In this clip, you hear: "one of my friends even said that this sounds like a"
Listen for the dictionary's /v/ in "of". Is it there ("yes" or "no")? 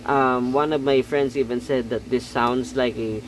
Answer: yes